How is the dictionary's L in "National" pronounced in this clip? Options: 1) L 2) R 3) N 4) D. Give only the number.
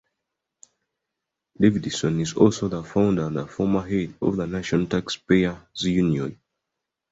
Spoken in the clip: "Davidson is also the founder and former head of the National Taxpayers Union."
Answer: 3